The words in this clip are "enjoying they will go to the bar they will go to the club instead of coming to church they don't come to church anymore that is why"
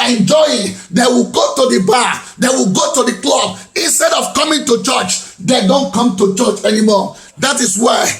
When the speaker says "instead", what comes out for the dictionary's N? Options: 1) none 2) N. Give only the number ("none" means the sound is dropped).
2